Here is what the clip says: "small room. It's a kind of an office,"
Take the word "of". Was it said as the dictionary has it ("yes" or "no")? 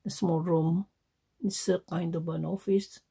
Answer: no